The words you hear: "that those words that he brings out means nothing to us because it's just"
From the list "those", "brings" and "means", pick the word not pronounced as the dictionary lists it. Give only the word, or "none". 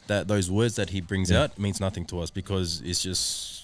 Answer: none